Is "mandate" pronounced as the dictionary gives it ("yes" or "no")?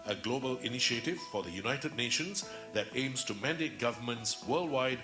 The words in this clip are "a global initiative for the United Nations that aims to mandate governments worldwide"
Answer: yes